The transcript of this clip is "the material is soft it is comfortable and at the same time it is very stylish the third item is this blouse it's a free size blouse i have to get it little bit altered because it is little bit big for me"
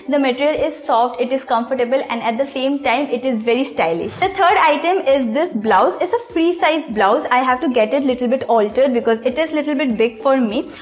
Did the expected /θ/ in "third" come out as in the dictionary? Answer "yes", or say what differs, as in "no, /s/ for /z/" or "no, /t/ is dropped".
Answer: no, /t/ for /θ/